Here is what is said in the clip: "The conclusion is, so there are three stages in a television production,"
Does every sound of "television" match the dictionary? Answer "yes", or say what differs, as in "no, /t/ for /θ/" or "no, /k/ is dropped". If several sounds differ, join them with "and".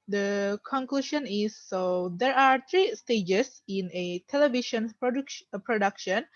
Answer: no, /ʃ/ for /ʒ/